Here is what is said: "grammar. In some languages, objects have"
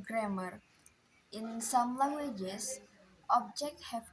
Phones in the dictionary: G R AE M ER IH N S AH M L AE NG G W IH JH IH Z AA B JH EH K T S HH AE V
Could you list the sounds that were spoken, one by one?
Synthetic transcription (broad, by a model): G R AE M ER IH N S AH M L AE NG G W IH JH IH S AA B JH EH K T HH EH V